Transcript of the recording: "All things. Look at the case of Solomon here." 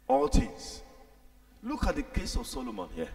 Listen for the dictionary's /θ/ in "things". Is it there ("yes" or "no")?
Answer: no